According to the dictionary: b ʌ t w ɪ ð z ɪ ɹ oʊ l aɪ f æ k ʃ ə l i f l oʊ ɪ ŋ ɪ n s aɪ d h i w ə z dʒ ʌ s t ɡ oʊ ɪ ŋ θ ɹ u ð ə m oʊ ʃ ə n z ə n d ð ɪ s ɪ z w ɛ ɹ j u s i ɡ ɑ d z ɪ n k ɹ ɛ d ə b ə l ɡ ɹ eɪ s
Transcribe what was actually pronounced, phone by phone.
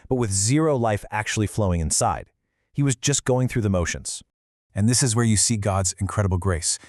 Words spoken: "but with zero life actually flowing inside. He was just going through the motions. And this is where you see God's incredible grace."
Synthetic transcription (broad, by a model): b ʌ t w ɪ ð z ɪ ɹ oʊ l aɪ f æ k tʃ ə l i f l oʊ ɪ ŋ ɪ n s aɪ d h i w ə z dʒ ʌ s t ɡ oʊ ɪ ŋ θ ɹ u ð ə m oʊ ʃ ə n z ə n ð ɪ s ɪ z w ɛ ɹ j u s i ɡ ɑ d z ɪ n k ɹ ɛ d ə b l ɡ ɹ eɪ s